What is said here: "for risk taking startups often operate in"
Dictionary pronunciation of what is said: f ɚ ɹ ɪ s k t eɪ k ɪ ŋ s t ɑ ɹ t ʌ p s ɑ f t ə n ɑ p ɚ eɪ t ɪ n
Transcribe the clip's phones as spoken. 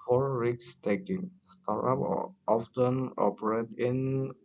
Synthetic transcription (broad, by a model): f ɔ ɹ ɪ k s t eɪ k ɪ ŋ s t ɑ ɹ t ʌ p ɑ f t ə n ɑ p ɚ eɪ t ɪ n